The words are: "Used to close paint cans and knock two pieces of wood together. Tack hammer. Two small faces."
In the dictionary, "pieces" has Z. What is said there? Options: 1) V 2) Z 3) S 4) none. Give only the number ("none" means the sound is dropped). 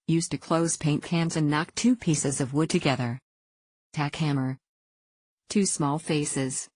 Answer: 2